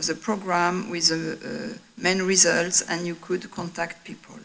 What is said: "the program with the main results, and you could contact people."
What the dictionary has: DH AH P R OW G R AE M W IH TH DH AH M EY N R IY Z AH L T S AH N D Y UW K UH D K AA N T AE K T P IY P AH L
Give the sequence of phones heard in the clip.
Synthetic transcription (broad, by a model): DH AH P R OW G R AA M W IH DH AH M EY N R IY Z AH L T S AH N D Y UW K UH D K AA N T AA K T P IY P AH L